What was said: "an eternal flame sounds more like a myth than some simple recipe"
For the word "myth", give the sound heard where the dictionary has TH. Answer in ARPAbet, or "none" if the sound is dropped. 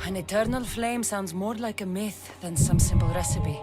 TH